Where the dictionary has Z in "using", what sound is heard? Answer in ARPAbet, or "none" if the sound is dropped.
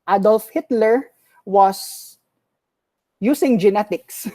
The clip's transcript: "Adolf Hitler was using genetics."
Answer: S